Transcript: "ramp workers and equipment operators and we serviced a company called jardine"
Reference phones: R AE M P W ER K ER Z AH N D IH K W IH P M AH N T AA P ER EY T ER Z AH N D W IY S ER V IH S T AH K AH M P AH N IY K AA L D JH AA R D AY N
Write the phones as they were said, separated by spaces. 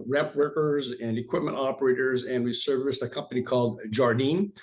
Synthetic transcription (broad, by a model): R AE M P W ER K ER Z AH N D IH K W IH P M AH N T AA P ER EY T ER Z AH N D W IY S ER V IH S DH AH K AH M P AH N IY K AA L D JH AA R D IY N